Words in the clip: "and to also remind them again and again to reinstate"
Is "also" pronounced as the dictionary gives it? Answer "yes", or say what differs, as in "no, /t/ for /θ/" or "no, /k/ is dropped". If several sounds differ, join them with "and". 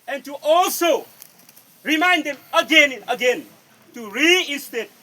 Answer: yes